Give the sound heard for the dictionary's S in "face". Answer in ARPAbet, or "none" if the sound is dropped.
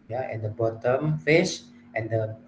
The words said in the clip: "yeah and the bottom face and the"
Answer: SH